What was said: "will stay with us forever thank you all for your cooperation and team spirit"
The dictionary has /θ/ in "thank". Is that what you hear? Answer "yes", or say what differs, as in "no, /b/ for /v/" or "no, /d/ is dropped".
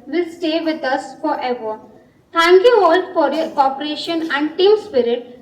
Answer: no, /t/ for /θ/